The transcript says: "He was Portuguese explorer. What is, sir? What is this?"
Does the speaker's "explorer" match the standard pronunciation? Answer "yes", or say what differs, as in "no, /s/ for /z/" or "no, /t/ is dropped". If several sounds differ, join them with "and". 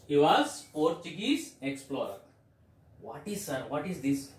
yes